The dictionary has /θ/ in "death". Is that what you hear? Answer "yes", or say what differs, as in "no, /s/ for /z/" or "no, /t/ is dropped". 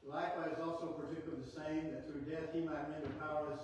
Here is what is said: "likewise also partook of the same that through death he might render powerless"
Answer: yes